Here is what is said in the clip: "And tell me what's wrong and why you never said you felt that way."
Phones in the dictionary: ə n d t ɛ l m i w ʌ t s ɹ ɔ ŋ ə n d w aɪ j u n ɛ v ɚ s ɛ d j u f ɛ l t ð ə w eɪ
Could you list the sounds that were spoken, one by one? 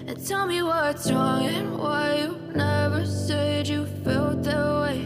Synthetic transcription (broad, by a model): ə n t ɛ l m i w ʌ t ɹ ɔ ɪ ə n w aɪ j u n ɛ v ɚ s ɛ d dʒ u f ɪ l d ð ə w eɪ